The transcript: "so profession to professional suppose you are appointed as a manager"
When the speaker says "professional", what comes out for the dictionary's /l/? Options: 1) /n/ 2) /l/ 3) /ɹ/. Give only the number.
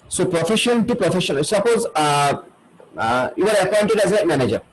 1